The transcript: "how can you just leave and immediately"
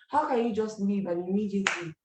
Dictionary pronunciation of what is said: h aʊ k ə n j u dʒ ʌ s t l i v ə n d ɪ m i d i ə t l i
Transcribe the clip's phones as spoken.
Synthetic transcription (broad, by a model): h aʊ k ə n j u dʒ ʌ s t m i b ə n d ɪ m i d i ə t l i